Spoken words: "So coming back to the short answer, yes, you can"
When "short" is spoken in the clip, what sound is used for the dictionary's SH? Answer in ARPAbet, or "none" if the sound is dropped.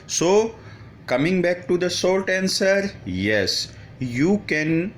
S